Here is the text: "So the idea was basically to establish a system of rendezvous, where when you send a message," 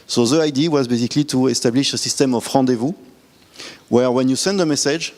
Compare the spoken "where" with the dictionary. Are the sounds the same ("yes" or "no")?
yes